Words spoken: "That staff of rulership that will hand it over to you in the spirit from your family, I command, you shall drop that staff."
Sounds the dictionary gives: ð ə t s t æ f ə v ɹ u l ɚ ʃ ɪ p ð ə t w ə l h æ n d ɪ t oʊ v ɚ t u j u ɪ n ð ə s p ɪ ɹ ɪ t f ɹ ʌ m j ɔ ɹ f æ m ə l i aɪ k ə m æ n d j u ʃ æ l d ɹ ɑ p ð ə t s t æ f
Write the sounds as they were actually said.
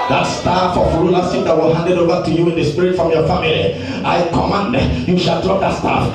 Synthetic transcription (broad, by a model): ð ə t s t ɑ f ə f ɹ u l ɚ s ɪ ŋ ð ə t w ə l h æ n d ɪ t oʊ v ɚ t u j u ɪ n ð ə s p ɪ ɹ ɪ t f ɹ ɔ m j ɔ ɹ f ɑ m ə l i aɪ k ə m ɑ n d j u ʃ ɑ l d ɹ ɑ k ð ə t s t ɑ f